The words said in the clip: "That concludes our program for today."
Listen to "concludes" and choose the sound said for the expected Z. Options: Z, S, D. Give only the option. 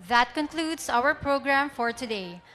S